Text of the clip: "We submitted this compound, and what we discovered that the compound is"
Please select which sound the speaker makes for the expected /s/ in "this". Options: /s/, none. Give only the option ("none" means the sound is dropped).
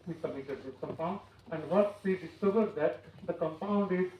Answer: none